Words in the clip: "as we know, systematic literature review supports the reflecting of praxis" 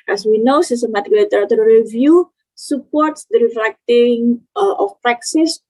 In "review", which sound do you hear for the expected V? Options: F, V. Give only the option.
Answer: V